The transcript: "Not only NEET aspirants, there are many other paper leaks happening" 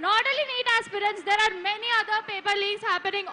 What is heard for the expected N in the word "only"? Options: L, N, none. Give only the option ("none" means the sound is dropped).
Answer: none